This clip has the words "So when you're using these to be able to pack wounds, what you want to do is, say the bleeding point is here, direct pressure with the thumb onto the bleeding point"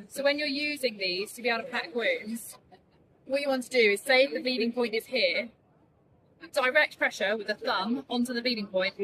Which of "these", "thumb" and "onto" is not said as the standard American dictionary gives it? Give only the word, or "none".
none